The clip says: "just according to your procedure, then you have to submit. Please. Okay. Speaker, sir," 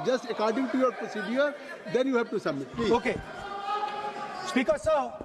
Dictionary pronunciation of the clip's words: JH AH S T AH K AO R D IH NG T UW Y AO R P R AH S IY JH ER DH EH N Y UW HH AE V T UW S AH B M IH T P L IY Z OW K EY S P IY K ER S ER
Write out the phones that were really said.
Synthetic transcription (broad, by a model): JH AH S T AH K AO R D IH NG T UW Y AO R P R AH S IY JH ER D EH N Y UW HH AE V T UW S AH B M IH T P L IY OW K EY S P IY K ER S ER